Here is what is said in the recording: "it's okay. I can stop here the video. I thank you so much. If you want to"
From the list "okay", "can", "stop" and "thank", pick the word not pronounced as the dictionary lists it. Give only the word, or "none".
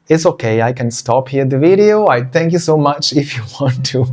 thank